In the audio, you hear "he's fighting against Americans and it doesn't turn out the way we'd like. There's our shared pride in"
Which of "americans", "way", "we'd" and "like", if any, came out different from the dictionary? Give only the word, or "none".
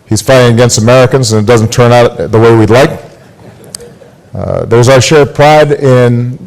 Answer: none